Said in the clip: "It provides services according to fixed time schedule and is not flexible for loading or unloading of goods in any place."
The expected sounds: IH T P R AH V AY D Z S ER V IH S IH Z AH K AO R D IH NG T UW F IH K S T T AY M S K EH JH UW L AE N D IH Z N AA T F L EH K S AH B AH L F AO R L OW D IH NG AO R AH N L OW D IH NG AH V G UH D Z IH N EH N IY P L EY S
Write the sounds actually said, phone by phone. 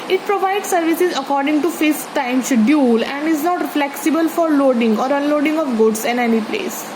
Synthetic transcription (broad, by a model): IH T P R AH V AY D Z S ER V IH S IH Z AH K AO R D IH NG T UW F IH S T T AY M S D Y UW L AE N D IH Z N AA T F L EH K S AH B AH L F AO R L OW D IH NG AO R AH N L OW D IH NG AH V G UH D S IH N EH N IY P L EY S